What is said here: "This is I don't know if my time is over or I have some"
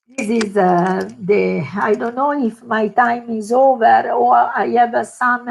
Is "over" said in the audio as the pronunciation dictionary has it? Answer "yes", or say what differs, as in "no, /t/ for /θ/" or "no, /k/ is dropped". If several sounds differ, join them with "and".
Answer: yes